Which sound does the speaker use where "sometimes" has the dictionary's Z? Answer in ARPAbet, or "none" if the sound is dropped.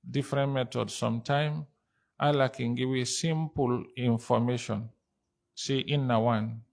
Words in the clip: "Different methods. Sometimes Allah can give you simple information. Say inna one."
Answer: none